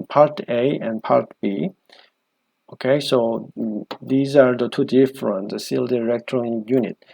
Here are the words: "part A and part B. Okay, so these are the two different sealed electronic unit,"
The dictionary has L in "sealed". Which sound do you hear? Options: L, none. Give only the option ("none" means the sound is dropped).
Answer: L